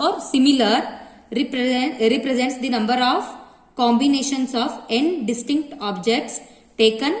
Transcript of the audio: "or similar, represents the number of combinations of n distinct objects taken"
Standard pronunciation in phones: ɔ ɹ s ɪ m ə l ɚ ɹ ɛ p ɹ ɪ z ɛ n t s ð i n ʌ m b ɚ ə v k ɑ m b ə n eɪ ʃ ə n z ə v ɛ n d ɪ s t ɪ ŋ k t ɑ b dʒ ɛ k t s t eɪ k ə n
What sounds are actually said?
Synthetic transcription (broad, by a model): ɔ ɹ s ɪ m ə l ɚ ɹ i p ɹ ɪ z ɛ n t s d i n ʌ m b ɚ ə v k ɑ m b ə n eɪ ʃ ə n s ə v ɛ n d ɪ s t ɪ ŋ k t ɑ b dʒ ɛ k t s t eɪ k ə n